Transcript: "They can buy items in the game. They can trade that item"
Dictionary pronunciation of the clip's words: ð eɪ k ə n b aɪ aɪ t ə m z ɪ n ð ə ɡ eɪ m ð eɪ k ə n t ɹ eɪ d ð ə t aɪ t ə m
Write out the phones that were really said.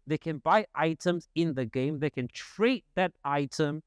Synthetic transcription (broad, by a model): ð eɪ k ə n b aɪ aɪ t ə m z ɪ n ð ə ɡ eɪ m ð eɪ k ə n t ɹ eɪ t ð ə t aɪ t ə m